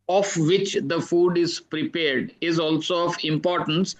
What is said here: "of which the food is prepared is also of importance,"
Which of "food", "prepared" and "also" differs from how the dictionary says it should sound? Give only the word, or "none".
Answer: none